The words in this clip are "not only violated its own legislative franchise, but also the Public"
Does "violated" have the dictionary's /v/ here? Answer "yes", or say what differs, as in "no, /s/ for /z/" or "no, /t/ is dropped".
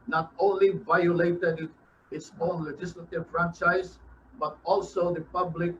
yes